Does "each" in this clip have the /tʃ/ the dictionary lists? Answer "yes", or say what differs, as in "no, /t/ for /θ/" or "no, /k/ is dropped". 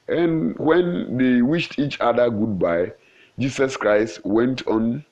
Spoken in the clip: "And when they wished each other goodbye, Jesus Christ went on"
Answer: yes